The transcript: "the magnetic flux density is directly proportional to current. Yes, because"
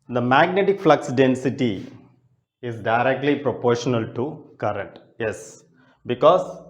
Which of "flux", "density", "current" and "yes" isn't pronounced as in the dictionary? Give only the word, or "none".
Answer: none